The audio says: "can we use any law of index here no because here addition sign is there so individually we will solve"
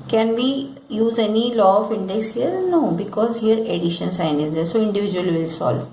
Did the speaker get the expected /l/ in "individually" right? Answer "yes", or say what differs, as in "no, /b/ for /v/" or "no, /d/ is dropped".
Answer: no, /l/ is dropped